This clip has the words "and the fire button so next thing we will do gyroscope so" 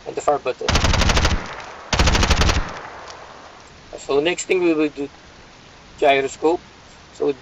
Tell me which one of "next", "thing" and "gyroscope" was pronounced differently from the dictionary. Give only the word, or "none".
thing